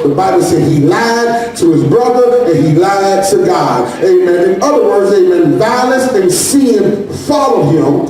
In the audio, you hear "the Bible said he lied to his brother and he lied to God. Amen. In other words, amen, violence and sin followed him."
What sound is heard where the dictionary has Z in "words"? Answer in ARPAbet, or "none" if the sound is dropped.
Z